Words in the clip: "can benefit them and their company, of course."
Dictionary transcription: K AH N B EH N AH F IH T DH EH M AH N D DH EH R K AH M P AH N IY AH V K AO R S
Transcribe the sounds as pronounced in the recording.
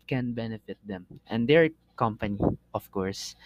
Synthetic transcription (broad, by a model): K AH N B EH N AH F IH T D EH M AH N D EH R K AH M P AH N IY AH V K AO R S